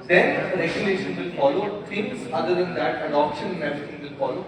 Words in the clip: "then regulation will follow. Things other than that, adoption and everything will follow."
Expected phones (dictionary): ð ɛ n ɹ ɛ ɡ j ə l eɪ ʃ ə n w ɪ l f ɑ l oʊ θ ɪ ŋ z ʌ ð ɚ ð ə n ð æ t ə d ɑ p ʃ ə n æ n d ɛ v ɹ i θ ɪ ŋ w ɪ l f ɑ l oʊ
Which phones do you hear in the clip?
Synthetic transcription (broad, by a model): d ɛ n ɹ ɛ ɡ j ə l eɪ ʃ ə n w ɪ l f ɑ l oʊ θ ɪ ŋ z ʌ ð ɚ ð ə n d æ t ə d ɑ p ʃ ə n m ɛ ɹ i t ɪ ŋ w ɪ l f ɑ l oʊ